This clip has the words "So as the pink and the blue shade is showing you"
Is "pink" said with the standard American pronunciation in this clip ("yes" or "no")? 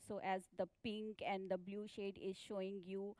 yes